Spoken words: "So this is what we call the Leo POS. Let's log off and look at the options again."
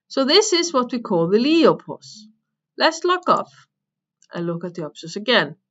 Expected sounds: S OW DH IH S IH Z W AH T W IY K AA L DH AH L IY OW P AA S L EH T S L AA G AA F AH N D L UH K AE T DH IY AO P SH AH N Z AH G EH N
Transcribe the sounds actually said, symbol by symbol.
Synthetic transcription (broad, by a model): S OW DH IH S IH Z W AH T W IY K AA L DH AH L IY OW P AA S L EH T S L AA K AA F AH N L UH K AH T DH IY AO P S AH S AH G EH N